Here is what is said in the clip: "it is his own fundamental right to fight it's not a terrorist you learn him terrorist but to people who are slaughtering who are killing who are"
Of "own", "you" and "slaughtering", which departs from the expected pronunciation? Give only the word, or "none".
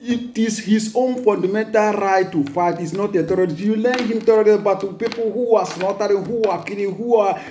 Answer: slaughtering